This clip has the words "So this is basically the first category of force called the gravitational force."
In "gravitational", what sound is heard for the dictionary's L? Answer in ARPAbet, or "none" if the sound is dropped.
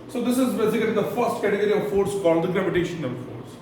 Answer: N